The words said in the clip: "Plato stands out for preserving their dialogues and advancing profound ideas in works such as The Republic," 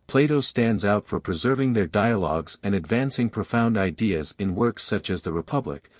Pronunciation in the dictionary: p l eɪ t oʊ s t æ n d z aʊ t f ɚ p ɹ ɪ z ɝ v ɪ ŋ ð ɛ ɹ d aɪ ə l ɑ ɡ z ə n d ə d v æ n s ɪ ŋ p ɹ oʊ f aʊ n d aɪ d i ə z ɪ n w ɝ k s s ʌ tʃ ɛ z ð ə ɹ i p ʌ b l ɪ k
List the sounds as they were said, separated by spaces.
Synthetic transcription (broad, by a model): p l eɪ t oʊ s t æ n d z aʊ t f ɚ p ɹ ɪ z ɝ v ɪ ŋ ð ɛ ɹ d aɪ ə l ɑ ɡ z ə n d ə d v æ n s ɪ ŋ p ɹ oʊ f aʊ n d aɪ d i ə z ɪ n w ɝ k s s ʌ tʃ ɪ z ð ə ɹ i p ʌ b l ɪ k